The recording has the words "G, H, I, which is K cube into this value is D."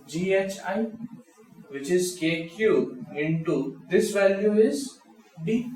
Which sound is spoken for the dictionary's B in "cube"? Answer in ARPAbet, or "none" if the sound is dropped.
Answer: none